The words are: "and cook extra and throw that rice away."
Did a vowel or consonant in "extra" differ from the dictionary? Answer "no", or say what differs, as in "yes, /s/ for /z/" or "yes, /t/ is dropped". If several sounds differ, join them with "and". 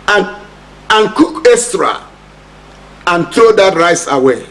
yes, /k/ is dropped